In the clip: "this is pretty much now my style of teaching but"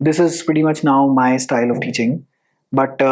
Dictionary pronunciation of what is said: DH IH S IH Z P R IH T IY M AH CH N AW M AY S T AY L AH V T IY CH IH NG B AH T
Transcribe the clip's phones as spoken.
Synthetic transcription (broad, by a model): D IH S IH Z P R IH T IY M AH CH N AW M AY S T AY L AH V T IY CH IH NG B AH T